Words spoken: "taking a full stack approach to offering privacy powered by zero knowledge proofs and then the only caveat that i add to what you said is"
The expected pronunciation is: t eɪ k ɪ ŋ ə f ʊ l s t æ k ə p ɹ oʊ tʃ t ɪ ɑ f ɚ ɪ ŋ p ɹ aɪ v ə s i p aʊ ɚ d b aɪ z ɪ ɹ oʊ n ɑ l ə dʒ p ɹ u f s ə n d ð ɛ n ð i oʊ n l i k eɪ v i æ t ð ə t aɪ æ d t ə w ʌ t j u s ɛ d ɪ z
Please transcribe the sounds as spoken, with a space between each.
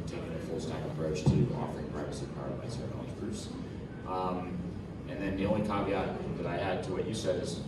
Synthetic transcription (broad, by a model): t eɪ k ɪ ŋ ə f ʊ l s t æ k ə p ɹ oʊ tʃ t ɪ ɑ f ɚ ɪ ŋ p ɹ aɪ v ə s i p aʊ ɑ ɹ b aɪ s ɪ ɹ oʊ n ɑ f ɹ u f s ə n ð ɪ n ð i oʊ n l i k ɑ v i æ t ð ə t aɪ æ d t ə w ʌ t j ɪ s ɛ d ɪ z